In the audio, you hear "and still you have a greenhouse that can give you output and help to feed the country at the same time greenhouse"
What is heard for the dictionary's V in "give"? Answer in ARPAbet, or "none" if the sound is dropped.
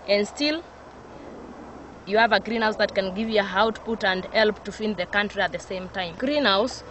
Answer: V